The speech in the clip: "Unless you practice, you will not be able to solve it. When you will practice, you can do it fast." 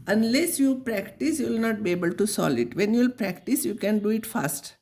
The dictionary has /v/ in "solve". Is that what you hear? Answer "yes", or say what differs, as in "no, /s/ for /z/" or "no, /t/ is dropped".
no, /v/ is dropped